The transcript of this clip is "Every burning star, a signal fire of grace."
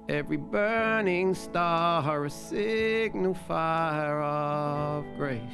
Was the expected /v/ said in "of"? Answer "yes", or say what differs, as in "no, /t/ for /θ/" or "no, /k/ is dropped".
yes